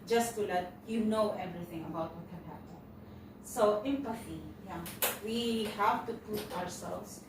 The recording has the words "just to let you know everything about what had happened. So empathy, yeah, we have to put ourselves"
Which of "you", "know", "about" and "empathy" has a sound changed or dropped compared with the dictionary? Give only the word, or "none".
empathy